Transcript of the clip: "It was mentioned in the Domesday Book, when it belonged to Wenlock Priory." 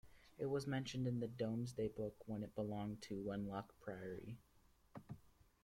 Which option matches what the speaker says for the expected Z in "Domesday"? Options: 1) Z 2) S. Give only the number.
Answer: 1